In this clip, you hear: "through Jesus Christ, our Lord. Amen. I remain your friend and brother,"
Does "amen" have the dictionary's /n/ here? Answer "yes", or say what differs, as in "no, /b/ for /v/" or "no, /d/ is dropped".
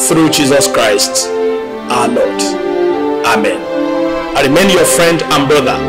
yes